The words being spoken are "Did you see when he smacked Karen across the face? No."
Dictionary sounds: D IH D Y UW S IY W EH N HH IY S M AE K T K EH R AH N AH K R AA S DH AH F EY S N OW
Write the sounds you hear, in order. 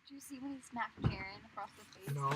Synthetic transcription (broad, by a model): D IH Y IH S IY W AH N HH IY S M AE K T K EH R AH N AH K R AA S DH AH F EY N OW